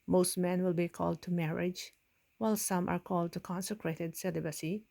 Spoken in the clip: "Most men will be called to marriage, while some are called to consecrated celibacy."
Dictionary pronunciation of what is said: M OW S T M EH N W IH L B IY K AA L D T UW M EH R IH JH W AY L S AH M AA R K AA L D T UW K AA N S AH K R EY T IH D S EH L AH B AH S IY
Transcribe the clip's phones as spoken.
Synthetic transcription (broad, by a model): M OW S T M EH N W IH L B IY K AA L D T UW M EH R IH JH W AY L S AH M AA R K AA L D T UW K AA N S AH K R EY T IH D S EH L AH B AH S IY